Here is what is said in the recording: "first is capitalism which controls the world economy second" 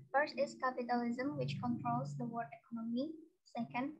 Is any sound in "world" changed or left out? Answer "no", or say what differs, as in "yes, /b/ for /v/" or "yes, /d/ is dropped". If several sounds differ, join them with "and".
yes, /l/ is dropped